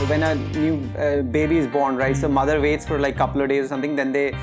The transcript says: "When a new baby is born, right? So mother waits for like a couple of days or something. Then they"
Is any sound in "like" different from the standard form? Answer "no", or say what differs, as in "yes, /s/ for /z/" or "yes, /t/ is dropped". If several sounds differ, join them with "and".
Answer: yes, /k/ is dropped